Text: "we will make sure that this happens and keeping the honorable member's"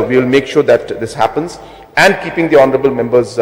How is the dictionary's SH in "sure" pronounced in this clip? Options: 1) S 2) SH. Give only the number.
2